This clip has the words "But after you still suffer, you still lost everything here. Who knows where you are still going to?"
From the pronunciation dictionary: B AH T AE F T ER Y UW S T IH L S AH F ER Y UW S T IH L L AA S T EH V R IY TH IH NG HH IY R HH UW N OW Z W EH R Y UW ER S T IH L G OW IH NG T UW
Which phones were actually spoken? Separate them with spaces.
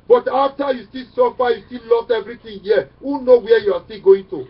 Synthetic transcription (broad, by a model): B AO T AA F T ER Y UW S T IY L S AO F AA Y UW S T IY L L AA S T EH V R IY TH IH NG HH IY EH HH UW N OW W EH Y UW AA S T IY L G OW IH NG T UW